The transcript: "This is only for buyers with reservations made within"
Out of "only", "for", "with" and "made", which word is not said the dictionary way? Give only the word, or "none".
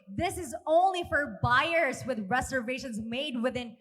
none